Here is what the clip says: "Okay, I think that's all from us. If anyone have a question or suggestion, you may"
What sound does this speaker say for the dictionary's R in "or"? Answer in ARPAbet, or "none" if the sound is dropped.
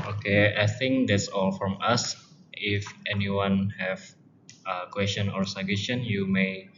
R